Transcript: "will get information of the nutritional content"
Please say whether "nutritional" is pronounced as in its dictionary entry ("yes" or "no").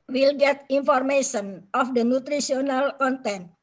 no